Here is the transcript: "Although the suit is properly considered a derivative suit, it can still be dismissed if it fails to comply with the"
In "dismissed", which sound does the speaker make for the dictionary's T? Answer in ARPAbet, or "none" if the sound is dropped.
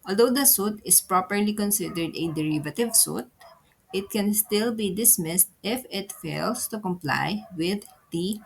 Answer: T